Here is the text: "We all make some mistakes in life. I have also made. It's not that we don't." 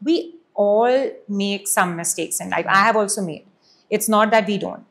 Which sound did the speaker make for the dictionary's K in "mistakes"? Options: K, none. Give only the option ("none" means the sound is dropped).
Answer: K